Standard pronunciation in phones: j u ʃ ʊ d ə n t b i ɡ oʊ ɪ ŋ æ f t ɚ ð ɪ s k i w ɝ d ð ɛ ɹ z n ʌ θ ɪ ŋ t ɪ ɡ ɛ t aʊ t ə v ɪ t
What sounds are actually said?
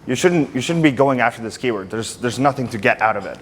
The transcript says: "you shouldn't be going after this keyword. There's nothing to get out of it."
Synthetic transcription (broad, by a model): j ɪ ʃ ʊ d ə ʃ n b i ɡ oʊ ɪ ŋ æ f t ɚ ð ɪ s k i w ɝ d ð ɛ ɹ z n ʌ θ ɪ ŋ t ɪ ɡ ɛ t aʊ t ə v ɪ t